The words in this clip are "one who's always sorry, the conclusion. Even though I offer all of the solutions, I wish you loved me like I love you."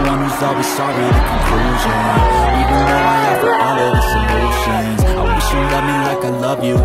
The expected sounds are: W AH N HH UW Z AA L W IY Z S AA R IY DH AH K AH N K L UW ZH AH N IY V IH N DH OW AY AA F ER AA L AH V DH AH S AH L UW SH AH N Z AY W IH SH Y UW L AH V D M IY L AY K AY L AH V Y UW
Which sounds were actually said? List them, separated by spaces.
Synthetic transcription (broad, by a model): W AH N HH UW Z AA L W IY Z S AA R IY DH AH K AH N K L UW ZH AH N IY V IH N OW AY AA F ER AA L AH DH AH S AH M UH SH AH N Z AY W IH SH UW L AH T M IY L AY K AY L AH V Y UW